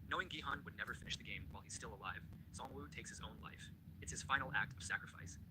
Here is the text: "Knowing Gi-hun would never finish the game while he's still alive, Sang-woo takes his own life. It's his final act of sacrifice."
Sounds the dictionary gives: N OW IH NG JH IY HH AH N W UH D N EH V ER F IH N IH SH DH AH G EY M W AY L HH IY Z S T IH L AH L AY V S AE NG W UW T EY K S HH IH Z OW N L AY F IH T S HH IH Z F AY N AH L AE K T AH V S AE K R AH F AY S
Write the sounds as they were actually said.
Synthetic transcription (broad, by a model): N OW IH NG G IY HH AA N W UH D N EH V ER F IH N IH SH DH AH G EY M W AY L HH IY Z S T IH L AH L AY V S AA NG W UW T EY K S HH IH Z OW N L AY F IH T S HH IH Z F AY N L AE K T AH V S AE K R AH F AY S